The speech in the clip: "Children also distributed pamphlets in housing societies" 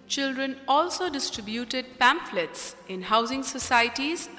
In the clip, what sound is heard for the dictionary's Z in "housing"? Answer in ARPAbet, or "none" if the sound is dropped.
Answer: Z